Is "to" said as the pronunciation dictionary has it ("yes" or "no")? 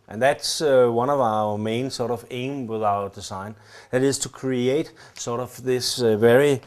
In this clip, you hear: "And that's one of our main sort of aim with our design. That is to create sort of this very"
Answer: yes